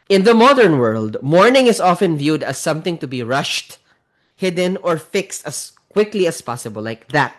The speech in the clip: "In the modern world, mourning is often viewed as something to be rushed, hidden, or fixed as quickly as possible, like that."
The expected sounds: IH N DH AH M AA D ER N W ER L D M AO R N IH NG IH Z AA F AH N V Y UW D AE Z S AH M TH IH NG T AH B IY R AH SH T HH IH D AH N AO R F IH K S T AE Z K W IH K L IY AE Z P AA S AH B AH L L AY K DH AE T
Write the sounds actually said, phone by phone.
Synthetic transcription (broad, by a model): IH N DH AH M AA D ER N W ER L D M AO R N IH NG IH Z AA F AH N V Y UW D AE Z S AH M TH IH NG T AH B IY R AH SH T HH IH D AH N AO R F IH K S T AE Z K W IH K L IY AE S P AA S AH B AH L L AY K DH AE T